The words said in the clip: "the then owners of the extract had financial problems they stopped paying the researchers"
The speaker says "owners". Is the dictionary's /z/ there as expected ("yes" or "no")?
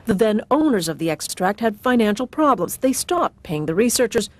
yes